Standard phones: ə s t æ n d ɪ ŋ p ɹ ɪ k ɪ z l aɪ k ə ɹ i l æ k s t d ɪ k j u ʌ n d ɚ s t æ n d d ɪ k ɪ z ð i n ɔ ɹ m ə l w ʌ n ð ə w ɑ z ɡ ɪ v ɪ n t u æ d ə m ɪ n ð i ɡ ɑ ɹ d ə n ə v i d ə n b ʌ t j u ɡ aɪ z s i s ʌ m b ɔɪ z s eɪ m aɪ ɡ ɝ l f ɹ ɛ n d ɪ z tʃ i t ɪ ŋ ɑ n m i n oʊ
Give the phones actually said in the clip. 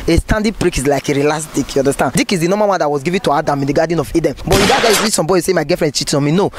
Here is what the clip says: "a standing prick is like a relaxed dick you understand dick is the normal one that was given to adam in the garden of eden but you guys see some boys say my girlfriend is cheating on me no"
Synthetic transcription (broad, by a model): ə s t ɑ n d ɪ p ɹ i k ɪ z l aɪ k ə ɹ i l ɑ s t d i k j u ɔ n d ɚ s t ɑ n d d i k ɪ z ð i n ɔ m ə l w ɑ n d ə w ɑ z ɡ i v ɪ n t u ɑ d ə m ɪ n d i ɡ ɑ d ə n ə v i d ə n b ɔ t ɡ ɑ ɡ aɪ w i s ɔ m b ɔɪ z s eɪ m aɪ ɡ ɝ f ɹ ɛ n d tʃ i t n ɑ m i n oʊ